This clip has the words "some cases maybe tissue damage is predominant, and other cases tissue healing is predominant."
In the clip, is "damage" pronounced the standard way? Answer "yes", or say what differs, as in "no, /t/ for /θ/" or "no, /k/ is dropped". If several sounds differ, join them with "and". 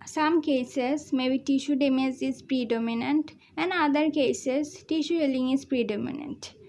no, /z/ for /dʒ/